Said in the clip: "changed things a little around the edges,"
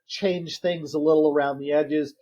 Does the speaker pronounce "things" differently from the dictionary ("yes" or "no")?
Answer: no